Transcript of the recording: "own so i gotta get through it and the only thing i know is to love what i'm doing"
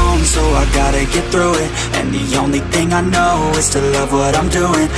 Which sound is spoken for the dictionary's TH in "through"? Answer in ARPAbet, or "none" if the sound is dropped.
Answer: TH